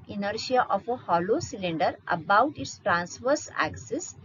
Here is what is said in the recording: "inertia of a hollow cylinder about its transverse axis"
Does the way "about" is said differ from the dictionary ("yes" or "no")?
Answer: no